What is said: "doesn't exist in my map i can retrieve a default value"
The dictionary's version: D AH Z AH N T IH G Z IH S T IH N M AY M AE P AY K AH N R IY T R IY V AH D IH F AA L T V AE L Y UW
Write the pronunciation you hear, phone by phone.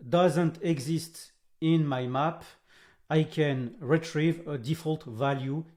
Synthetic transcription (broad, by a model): D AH Z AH N T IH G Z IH S T IH N M AY M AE P AY K AH N R IY T R IY V AH D IH F AA L T V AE L Y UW